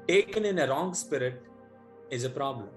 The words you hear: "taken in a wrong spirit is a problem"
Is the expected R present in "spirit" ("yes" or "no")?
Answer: yes